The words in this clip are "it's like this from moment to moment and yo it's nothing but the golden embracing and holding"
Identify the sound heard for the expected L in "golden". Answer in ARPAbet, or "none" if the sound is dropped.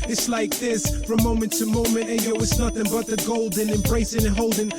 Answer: L